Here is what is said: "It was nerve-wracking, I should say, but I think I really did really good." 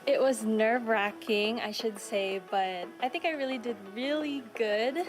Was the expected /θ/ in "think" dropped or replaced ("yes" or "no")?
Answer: no